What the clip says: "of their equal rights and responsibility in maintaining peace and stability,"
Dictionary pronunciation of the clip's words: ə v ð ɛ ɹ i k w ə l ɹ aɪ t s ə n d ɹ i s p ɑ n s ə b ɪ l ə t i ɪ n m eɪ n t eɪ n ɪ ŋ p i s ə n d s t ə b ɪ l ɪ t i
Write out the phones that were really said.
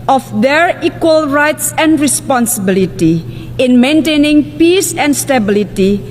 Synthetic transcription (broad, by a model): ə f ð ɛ ɹ i k w ə l ɹ aɪ t s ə n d ɹ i s p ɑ n s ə b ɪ l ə t i ɪ n m eɪ n t eɪ n ɪ ŋ p i s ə n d s t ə b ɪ l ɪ t i